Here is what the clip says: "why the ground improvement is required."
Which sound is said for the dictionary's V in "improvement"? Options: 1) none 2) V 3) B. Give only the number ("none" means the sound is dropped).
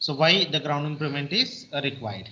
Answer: 1